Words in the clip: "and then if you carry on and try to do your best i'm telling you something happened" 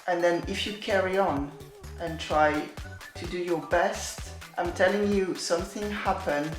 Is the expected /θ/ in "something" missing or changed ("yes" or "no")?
no